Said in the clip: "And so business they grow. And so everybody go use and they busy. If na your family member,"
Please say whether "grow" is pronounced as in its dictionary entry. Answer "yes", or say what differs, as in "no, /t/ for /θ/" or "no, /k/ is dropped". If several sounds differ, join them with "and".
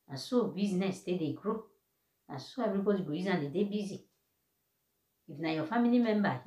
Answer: yes